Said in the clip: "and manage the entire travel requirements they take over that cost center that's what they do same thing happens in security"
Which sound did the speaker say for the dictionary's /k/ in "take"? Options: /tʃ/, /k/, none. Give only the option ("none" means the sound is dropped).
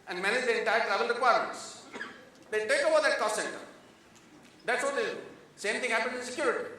/k/